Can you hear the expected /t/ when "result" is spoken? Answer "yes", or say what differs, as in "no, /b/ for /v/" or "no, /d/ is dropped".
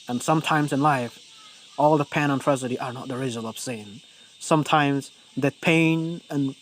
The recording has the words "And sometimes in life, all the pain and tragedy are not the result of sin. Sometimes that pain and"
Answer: no, /t/ is dropped